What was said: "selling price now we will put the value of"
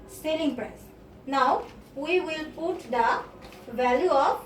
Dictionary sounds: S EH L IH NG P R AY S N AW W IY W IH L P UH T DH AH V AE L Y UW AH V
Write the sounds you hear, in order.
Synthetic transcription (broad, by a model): S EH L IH NG P R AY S N AW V IY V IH L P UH T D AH V AE L Y UW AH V